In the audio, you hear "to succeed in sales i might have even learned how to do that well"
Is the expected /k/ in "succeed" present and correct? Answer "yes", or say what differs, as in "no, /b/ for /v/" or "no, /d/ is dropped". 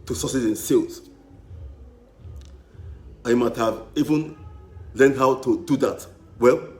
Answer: no, /k/ is dropped